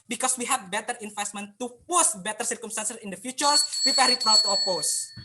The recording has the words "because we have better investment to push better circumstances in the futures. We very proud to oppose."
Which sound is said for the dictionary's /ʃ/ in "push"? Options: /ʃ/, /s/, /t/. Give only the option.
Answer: /s/